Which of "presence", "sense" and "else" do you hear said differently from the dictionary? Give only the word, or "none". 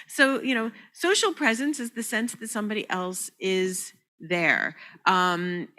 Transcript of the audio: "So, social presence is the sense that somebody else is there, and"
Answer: none